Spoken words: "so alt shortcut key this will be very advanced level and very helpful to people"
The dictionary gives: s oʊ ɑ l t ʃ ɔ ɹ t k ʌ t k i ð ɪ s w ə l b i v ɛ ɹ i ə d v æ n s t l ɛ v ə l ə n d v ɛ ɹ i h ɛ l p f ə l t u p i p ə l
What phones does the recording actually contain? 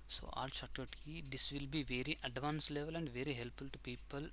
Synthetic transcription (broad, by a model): s oʊ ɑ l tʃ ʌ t ʌ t k i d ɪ s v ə l b i v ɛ ɹ i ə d v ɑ n s l ɛ v ə l ə n d v ɛ ɹ i h ɛ l p f ə l t u p i p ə l